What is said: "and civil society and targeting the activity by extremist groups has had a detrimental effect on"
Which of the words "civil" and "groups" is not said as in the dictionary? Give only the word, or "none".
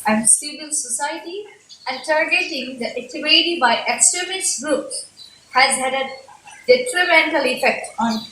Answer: groups